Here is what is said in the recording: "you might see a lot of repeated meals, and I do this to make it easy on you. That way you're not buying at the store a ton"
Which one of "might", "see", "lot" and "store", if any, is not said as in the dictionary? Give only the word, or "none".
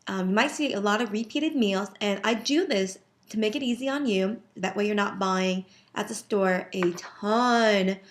none